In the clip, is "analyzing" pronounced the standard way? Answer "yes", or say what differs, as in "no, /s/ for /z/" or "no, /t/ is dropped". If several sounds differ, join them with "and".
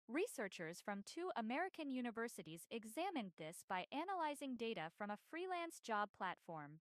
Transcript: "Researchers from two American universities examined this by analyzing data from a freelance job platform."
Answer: yes